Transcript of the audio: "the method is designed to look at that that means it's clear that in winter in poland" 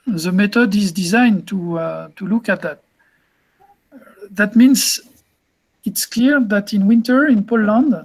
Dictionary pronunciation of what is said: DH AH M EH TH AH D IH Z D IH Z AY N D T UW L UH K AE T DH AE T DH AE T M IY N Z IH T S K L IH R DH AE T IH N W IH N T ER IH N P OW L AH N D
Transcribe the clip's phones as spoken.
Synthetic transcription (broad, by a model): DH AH M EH T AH D IH Z D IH Z AY N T T UW L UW K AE T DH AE T DH AE T M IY N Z IH T S K L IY R DH AE T IH N W IH N T ER IH N P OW L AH N D